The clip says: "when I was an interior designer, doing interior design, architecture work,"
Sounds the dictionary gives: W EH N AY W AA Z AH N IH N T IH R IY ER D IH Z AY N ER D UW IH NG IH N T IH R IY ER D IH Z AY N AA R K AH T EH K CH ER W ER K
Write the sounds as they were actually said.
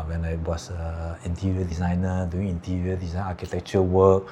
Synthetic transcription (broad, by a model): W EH N AY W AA S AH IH N T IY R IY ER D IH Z AY N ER D UW IH NG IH N T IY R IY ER D IH Z AY N AA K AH T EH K CH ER W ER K